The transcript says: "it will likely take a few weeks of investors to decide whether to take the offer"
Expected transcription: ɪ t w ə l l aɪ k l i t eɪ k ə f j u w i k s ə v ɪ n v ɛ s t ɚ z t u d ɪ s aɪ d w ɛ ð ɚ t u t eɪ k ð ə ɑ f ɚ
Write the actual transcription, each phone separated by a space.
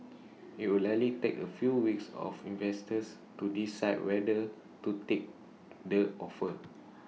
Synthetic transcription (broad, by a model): ɪ t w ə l l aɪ l i t eɪ k ə f j u w i k s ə f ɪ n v ɛ s t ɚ s t u d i s aɪ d w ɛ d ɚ t u t eɪ k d ə ɑ f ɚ